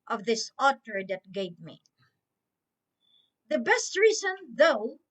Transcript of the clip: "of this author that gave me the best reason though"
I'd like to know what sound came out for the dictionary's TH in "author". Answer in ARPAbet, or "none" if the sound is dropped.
T